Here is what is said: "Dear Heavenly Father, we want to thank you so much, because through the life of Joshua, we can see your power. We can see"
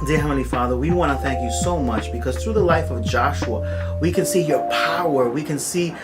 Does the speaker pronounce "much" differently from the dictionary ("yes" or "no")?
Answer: no